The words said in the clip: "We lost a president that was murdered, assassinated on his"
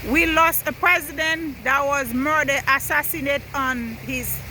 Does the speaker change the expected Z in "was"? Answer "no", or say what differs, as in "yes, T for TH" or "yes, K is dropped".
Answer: no